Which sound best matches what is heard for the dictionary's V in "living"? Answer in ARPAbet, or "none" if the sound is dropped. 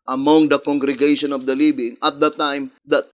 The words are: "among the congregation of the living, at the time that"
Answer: B